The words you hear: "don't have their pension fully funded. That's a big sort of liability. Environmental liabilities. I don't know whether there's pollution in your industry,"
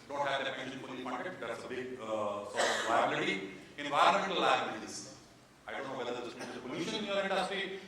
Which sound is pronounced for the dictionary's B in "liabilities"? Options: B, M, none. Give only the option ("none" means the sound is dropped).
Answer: none